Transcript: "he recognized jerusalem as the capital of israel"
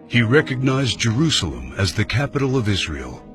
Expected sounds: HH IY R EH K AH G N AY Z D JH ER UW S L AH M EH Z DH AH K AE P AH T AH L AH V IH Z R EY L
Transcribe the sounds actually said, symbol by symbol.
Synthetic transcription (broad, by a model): HH IY R EH K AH G N AY Z JH ER UW S L AH M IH Z DH AH K AE P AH T L AH V IH Z R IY L